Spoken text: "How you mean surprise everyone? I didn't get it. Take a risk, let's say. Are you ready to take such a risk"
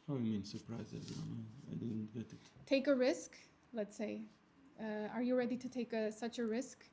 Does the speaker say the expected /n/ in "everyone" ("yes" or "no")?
no